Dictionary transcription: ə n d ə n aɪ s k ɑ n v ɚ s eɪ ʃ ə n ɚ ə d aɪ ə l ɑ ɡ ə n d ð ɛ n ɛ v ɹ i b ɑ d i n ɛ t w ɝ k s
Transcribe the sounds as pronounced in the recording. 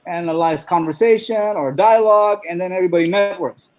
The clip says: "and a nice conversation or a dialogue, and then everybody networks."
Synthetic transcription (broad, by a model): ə n ə l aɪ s k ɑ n v ɚ s eɪ ʃ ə n ɚ d aɪ ə l ɑ ɡ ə n ð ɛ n ɛ v ɹ i b ɑ d i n ɛ t w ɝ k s